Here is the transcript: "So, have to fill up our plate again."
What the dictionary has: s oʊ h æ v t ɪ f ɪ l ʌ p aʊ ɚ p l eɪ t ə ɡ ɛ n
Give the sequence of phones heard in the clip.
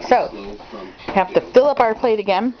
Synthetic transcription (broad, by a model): s oʊ h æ f t ɪ f ɪ l ʌ p aʊ ɚ p l eɪ t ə ɡ ɛ n